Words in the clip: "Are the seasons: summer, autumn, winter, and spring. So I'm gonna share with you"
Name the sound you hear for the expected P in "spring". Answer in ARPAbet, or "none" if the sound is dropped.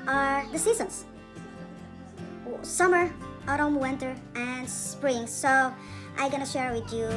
P